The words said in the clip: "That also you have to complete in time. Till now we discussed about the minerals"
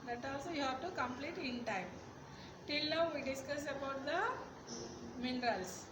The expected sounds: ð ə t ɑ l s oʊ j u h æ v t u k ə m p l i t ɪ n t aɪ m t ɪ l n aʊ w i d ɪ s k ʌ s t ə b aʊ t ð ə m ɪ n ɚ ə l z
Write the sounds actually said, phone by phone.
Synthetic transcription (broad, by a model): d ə t ɑ l s oʊ j u h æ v t u k ə m p l i t ɪ n t aɪ m t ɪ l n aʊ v i d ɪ s k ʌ s ə b aʊ t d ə m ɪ n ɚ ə l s